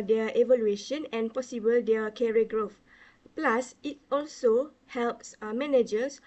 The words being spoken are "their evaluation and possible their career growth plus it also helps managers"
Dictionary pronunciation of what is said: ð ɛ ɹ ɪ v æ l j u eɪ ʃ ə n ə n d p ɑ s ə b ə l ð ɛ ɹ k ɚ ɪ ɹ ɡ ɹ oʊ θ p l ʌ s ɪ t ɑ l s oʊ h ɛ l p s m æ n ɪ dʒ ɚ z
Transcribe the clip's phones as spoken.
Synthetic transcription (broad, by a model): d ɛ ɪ v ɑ l j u eɪ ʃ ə n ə n p ɑ s ə b ə l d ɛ k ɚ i ɡ ɹ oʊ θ p l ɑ s ɪ t ɑ l s oʊ h ɛ l p s m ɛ n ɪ dʒ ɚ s